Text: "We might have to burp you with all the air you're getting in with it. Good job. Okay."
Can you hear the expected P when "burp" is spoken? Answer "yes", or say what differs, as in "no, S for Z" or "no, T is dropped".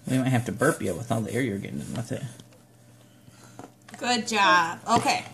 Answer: yes